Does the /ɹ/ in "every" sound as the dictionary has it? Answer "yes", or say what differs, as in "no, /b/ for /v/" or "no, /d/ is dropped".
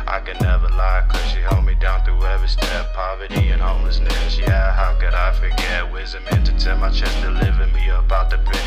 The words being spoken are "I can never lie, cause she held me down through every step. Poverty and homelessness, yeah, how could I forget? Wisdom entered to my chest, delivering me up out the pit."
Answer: no, /ɹ/ is dropped